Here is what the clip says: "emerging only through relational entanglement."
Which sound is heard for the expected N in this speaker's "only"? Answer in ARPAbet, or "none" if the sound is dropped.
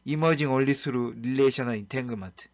none